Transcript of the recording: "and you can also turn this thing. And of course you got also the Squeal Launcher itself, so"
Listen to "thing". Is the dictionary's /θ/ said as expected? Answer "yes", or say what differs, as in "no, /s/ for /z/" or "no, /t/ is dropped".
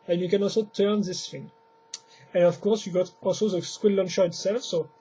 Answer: no, /f/ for /θ/